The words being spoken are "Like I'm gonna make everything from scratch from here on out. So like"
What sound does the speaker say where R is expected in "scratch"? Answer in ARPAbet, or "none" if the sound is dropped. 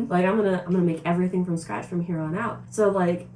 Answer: none